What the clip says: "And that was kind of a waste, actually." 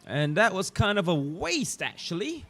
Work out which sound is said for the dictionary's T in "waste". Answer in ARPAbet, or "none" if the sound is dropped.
T